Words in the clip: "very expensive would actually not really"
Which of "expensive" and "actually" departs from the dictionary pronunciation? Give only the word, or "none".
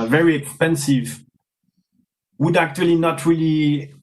none